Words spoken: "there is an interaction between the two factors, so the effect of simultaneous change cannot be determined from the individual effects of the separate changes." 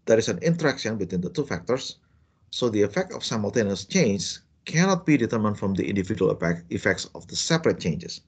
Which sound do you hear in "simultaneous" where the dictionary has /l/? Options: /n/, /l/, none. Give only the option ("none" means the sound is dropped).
/l/